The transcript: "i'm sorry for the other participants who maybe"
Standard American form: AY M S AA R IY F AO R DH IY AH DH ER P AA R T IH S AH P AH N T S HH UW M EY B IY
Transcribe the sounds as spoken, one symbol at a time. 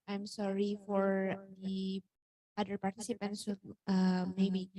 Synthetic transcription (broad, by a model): AY M S AA R IY F AO R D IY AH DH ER P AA R T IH S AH P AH N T S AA M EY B IY